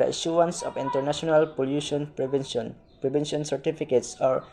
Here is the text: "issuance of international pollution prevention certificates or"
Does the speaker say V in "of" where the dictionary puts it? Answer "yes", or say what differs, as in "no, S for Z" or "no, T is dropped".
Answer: no, P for V